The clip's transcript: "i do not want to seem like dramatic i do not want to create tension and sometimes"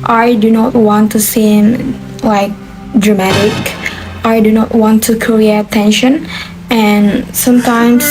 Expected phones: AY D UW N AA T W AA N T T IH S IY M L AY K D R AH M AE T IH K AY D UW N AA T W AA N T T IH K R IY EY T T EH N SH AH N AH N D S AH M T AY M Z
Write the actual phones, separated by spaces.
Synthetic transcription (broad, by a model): AY D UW N AA T W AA N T T IH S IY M L AY K D R AH M AE T IH K AY D UW N AA T W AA N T T IH K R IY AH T T EH N SH AH N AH N S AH M T AY M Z